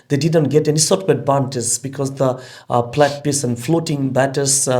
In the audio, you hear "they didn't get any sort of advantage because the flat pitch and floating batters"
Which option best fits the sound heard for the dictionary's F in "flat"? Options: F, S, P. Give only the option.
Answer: P